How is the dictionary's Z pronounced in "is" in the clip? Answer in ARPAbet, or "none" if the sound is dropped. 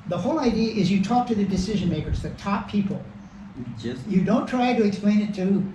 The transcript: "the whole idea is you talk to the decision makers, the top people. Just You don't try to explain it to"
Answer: Z